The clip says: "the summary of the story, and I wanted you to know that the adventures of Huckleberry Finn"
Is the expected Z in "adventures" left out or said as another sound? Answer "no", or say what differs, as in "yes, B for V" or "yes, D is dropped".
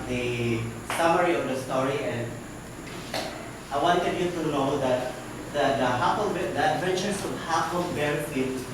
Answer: yes, S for Z